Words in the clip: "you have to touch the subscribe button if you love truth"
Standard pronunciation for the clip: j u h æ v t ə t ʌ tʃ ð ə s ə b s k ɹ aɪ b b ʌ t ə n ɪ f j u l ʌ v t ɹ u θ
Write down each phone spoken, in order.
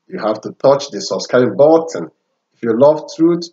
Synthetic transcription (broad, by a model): j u h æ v t ə t ʌ tʃ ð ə s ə s k aɪ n b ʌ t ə n ɪ f j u l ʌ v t ɹ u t